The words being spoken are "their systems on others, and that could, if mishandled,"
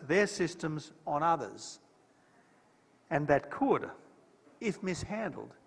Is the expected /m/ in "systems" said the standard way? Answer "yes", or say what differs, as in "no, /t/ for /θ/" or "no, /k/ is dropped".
yes